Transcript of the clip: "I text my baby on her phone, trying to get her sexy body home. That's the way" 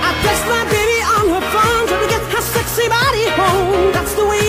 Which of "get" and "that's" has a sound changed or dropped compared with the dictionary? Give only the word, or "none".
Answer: none